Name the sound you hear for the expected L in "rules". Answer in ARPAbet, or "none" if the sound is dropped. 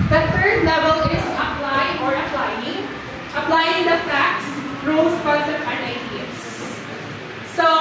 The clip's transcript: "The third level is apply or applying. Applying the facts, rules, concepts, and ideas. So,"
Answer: none